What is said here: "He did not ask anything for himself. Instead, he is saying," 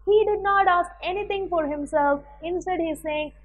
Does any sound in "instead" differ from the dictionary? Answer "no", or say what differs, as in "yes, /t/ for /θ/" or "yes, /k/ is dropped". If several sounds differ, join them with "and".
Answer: no